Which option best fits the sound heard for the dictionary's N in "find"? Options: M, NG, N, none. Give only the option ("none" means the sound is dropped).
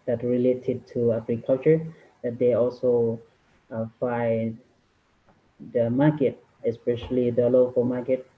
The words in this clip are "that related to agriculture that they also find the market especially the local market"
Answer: none